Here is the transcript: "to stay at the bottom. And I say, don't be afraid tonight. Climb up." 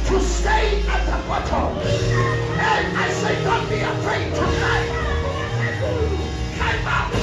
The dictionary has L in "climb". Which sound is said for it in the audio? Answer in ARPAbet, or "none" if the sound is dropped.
none